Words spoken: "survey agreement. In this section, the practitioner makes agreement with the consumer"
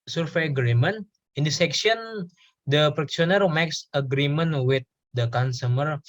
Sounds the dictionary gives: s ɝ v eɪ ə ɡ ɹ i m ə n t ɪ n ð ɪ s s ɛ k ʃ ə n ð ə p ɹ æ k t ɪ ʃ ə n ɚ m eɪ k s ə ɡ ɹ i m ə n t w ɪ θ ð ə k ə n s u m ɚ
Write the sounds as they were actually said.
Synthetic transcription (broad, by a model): s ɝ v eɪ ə ɡ ɹ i m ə n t ɪ n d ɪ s s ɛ k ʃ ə n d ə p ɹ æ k s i ə n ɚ m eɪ k s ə ɡ ɹ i m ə n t w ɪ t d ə k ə n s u m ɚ